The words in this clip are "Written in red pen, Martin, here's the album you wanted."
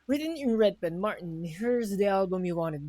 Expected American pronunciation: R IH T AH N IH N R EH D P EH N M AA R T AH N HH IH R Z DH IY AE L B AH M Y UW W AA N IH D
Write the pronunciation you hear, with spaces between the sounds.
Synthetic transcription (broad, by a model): R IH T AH N IH N R EH D B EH N M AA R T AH N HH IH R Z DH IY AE L B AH M Y UW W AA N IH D